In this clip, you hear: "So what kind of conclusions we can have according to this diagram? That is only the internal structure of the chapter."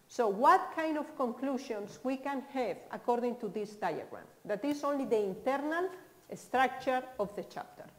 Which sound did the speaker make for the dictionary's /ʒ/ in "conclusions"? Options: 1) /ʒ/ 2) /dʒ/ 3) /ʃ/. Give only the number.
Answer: 3